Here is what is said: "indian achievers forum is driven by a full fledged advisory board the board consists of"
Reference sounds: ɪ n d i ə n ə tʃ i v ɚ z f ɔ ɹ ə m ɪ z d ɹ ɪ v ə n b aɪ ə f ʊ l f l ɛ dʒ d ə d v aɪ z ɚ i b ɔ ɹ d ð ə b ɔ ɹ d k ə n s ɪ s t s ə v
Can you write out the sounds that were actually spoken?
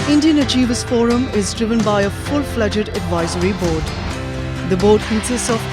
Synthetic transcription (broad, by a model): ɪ n d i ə n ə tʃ i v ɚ s f ɔ ɹ ə m ɪ z d ɹ ɪ v ə n b aɪ ə f ʊ l f l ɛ dʒ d ə d v aɪ z ɚ i b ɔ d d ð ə b ɔ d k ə s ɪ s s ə